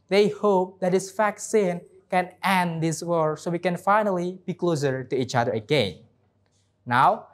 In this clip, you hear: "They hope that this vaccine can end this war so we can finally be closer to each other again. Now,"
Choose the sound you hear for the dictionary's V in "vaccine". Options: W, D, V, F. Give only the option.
F